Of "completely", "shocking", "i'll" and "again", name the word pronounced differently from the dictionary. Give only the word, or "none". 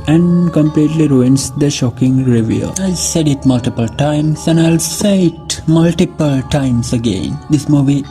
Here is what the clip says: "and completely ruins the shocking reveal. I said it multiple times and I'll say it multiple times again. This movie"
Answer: none